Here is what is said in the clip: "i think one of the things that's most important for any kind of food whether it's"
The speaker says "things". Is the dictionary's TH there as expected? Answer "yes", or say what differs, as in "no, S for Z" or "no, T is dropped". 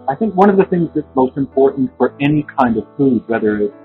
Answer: yes